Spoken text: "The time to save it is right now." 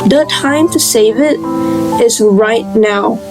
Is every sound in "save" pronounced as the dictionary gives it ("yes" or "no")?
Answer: yes